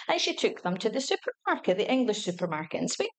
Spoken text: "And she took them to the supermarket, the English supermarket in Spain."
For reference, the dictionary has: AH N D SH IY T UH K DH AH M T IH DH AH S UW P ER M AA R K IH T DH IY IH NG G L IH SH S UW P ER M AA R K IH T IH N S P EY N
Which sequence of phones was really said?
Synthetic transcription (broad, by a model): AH N SH IY T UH K DH AH M T IH DH AH S UW P ER M AA R K IH T DH IY IH NG G L IH SH S UW P ER M AA R K IH T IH N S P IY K